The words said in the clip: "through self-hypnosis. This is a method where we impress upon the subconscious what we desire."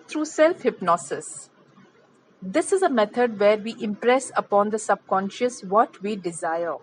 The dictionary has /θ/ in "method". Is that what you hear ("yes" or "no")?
no